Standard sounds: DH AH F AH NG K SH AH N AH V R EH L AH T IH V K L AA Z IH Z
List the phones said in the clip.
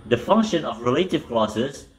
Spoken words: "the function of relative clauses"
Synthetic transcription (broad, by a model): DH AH F AH NG K SH AH N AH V R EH L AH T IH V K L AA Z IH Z